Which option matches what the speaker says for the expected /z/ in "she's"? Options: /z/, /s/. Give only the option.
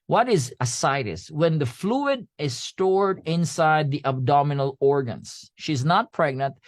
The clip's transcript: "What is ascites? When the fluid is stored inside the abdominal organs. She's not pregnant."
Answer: /z/